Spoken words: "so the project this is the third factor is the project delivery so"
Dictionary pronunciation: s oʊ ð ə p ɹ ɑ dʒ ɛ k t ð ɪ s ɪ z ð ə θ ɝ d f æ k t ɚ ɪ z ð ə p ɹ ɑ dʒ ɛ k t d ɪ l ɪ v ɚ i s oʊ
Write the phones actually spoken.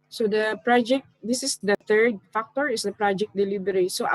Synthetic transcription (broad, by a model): s oʊ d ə p ɹ ɑ dʒ ɛ k t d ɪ s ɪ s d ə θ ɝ d f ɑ k t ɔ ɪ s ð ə p ɹ ɑ dʒ ɛ k t d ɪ l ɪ b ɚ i s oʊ